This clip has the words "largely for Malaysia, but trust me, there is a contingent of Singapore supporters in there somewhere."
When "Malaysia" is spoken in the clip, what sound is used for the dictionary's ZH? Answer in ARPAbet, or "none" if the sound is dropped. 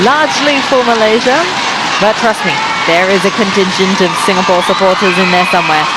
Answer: ZH